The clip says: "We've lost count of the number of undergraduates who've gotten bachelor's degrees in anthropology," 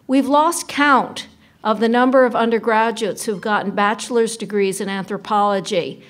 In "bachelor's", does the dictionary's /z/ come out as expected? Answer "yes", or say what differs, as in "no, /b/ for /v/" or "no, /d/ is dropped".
yes